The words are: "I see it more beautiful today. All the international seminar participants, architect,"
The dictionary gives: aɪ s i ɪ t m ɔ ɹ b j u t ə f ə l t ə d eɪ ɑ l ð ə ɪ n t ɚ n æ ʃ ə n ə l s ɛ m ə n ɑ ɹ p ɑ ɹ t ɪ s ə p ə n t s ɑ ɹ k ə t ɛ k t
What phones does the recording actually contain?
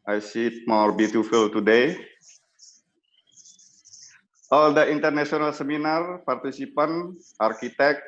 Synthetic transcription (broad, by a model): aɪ s i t m ɔ ɹ b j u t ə f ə l t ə d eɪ ɑ l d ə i n t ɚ n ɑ s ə n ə l s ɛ m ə n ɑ ɹ p ɑ ɹ t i s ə p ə n t ɑ ɹ k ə t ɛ k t